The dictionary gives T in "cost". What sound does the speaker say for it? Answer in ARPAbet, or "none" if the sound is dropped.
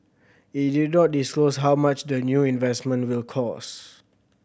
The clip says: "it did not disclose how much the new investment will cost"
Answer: none